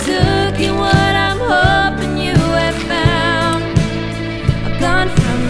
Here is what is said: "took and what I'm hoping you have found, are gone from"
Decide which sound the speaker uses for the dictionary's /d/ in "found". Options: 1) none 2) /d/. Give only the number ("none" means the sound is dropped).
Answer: 1